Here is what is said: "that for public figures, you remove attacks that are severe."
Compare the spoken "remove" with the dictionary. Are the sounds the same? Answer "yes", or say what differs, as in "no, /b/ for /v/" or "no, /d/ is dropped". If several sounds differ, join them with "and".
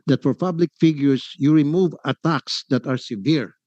yes